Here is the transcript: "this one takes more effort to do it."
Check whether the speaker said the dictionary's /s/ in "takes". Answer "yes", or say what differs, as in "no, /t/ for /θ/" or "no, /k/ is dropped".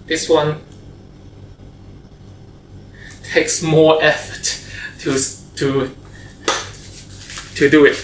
yes